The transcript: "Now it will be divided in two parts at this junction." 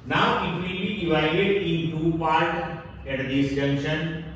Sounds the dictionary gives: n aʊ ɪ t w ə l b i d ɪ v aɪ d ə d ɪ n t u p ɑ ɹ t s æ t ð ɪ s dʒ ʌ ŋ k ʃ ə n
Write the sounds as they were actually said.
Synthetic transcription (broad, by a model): n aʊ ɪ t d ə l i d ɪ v aɪ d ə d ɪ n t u p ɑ ɹ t ɛ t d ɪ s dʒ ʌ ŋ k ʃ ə n